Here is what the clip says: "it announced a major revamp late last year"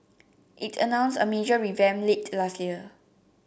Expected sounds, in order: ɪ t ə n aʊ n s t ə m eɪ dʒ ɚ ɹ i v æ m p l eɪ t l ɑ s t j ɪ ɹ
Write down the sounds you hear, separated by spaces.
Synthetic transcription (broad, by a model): ɪ t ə n aʊ n s ə m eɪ dʒ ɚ ɹ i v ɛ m l eɪ t l ɑ s t j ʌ